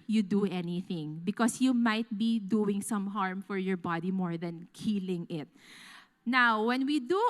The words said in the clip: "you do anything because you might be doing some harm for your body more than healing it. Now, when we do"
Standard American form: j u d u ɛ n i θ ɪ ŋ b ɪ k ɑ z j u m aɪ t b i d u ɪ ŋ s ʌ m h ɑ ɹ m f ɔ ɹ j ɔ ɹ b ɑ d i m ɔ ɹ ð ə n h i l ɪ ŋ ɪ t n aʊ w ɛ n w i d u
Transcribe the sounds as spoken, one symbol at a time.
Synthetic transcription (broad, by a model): j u d u ɛ n i θ ɪ ŋ b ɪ k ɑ s j u m aɪ t b i d u ɪ ŋ s ʌ m h ɑ ɹ m f ɔ ɹ j ɔ ɹ b ɑ d i m ɔ ɹ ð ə n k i l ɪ ŋ ɪ t n aʊ w ɛ n w i d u